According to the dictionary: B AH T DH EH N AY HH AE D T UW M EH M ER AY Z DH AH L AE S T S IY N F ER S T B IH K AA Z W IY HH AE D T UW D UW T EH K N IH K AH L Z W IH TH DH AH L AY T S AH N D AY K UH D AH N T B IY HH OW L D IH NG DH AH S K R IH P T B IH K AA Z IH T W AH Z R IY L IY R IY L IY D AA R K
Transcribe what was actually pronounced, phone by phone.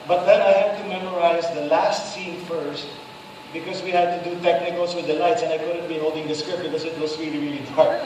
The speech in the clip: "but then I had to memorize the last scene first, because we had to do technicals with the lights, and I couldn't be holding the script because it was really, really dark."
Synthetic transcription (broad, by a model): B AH T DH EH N AY HH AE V T UW M EH M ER AY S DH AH L AE S T S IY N F ER S T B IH K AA S W IY HH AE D T UW D UW T EH K N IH K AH L S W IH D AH L AY T S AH N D AY K UH D AH N T B IY HH OW L D IH NG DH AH S K R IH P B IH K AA S IH T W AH S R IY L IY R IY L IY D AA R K